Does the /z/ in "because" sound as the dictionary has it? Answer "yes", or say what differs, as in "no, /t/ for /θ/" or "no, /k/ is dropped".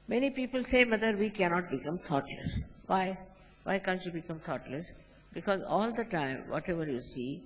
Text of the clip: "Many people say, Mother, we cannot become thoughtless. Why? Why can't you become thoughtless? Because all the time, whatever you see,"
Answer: yes